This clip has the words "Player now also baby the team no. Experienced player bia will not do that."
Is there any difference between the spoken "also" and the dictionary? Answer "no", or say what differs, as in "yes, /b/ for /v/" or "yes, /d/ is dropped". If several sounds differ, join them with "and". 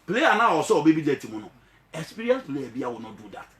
yes, /l/ is dropped